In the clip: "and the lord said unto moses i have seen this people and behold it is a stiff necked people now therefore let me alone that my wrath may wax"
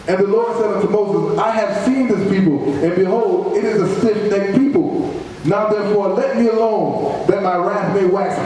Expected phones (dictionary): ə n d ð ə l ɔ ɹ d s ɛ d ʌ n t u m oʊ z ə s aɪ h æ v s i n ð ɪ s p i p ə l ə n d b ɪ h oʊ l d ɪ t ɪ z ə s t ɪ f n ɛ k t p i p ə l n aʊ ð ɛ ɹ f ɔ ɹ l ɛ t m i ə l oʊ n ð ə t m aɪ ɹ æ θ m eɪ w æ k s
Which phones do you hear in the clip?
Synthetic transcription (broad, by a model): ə n ð ə l ɔ ɹ d s ɛ d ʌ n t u m oʊ z ə s aɪ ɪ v s i n ð ɪ s p i p l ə n b ɪ h oʊ l d ɪ t ɪ z ə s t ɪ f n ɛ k p i p l n aʊ ð ɛ ɹ f ɔ ɹ l ɛ t m i ə l oʊ n ð ə t m aɪ ɹ æ θ m eɪ w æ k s